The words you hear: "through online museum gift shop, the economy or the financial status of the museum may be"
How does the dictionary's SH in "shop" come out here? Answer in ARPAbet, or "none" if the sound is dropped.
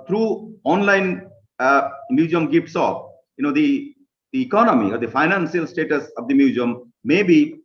S